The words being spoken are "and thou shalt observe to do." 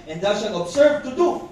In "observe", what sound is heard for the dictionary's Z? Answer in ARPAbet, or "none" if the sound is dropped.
S